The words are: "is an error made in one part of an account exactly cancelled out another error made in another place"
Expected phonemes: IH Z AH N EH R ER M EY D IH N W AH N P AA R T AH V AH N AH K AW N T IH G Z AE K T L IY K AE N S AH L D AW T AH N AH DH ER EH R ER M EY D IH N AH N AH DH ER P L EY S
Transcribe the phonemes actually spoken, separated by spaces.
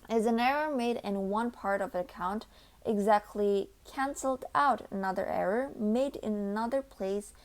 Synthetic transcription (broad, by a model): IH Z AH N EH R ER M EY D IH N W AH N P AA R T AH V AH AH K AW N T IH G Z AE K T L IY K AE N S L D AW T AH N AH DH ER EH R ER M EY D IH N AH N AH DH ER P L EY S